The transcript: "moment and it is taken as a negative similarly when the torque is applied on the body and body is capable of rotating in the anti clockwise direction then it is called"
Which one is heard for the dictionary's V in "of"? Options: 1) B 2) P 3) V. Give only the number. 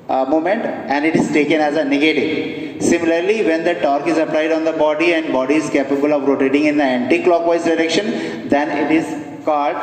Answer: 3